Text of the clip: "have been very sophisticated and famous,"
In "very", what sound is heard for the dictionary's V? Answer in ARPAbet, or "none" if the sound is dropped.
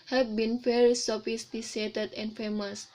F